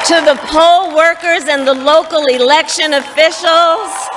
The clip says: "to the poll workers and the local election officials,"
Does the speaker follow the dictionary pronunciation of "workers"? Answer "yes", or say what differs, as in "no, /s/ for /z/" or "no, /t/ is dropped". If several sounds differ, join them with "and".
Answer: yes